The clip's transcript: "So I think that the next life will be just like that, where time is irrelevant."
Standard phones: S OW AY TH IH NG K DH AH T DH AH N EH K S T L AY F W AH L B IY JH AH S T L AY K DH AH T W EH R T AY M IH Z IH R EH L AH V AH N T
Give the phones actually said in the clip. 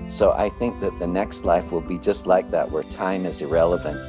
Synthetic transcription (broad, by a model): S OW AY TH IH NG K DH AH T DH AH N EH K S T L AY F W AH L B IY JH AH S T L AY K DH AH T W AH R T AY M IH Z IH R EH L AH V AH N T